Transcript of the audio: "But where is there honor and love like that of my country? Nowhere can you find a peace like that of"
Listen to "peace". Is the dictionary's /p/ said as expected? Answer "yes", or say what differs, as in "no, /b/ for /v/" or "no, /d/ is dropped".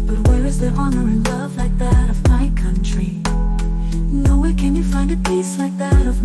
yes